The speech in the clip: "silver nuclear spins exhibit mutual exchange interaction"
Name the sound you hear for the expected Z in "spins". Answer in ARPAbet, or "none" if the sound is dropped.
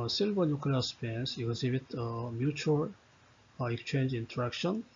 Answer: S